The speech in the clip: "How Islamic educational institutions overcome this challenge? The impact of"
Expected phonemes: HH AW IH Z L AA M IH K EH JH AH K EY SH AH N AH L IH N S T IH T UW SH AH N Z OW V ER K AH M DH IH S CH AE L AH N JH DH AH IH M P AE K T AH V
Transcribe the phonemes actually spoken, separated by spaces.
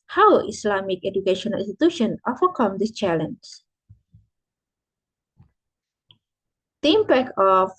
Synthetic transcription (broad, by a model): HH AW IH S L AA M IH K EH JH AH K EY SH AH N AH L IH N S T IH T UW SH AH N OW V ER K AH M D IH S CH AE L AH N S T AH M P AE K AH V